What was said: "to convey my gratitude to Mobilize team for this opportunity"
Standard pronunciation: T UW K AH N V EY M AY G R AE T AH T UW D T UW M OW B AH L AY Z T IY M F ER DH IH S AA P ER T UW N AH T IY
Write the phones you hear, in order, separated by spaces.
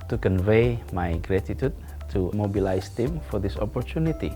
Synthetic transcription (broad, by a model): T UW K AH N V EY M AY G R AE T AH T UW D T UW M OW B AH L AY S T IY M F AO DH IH S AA P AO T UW N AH T IY